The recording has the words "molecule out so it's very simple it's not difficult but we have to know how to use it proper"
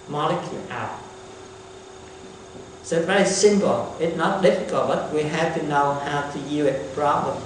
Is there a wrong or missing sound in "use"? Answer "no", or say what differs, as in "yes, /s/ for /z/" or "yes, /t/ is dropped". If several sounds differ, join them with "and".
yes, /s/ is dropped